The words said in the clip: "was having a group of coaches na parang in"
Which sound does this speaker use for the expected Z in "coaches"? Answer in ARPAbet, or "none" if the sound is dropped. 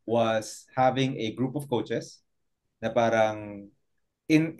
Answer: S